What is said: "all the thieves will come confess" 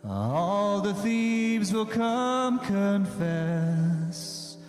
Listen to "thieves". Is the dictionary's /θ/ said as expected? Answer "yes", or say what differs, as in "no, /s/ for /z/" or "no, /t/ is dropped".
yes